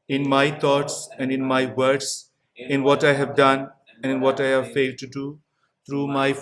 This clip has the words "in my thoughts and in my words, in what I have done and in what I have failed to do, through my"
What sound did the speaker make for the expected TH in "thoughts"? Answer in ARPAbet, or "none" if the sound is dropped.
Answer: T